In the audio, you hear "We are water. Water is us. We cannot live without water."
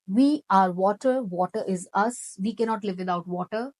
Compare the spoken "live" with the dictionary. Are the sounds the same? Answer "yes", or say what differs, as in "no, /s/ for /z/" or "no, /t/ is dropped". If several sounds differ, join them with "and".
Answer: yes